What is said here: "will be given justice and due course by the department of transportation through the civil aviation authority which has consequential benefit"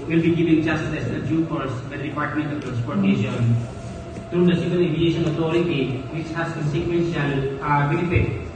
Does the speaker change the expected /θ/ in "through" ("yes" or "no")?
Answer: yes